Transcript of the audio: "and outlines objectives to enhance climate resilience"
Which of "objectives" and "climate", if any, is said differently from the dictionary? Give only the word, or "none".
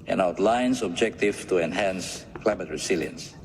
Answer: objectives